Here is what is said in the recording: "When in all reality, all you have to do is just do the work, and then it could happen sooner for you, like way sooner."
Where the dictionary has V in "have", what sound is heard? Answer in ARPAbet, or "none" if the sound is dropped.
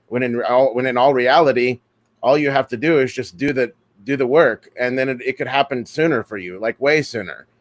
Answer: F